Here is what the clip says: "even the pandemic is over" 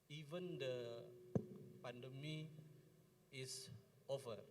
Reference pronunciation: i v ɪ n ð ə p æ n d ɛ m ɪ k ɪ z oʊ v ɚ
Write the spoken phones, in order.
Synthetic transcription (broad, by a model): i v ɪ n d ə p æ n d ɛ m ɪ ɪ s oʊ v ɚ